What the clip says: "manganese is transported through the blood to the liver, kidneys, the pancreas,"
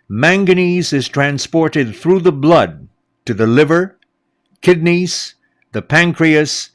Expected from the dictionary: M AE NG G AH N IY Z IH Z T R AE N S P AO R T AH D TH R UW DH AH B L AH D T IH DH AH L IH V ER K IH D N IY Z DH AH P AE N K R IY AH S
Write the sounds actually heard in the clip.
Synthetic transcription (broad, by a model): M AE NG G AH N IY Z IH Z T R AE N S P AO R T AH D TH R UW DH AH B L AH D T IH DH AH L IH V ER K IH D N IY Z DH AH P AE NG K R IY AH S